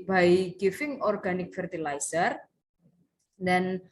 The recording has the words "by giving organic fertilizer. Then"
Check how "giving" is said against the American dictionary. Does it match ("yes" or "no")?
no